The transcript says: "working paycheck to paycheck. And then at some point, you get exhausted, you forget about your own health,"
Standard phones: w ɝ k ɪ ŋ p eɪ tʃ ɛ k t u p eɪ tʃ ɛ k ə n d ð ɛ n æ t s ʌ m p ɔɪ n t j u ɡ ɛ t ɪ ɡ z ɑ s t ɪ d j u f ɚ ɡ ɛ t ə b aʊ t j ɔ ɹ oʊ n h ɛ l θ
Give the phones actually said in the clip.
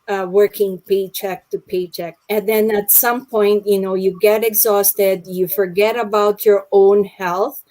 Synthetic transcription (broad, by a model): w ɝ k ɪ ŋ p eɪ tʃ ɛ k t u p eɪ tʃ ɛ k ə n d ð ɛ n æ t s ʌ m p ɔɪ n t j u ɡ ɛ t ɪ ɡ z ɑ s t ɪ d j u f ɚ ɡ ɛ t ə b aʊ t j ɔ ɹ oʊ n h ɛ l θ